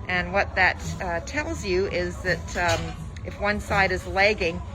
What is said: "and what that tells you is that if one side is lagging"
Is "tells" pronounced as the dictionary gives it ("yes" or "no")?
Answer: yes